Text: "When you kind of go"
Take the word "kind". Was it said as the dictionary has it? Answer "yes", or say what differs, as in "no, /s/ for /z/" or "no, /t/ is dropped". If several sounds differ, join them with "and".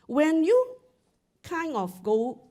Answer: no, /d/ is dropped